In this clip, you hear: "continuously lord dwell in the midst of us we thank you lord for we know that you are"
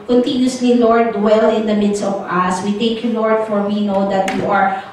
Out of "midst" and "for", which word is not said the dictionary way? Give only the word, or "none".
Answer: none